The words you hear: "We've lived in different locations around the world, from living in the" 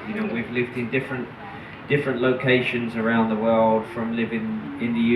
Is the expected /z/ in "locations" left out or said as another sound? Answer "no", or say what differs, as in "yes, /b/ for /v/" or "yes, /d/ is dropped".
no